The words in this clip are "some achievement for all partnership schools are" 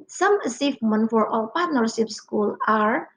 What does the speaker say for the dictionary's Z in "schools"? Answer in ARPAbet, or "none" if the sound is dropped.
none